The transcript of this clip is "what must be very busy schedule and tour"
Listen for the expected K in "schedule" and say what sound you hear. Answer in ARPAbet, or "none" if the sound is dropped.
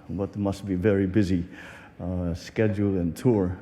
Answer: K